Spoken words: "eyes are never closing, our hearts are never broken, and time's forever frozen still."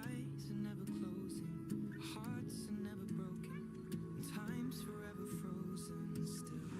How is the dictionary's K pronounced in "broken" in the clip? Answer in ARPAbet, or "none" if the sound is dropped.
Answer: none